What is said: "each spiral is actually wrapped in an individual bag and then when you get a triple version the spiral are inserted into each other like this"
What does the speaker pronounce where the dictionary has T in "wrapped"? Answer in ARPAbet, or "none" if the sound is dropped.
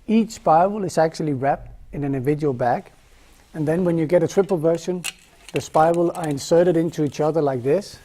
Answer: T